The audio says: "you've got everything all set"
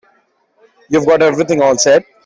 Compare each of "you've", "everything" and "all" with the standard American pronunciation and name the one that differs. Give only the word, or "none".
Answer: everything